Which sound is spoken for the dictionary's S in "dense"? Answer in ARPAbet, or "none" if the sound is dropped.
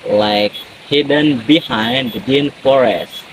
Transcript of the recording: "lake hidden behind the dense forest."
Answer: none